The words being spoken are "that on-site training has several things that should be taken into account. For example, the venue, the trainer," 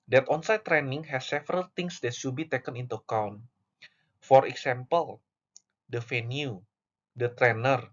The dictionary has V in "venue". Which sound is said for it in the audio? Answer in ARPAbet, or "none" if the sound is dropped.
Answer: F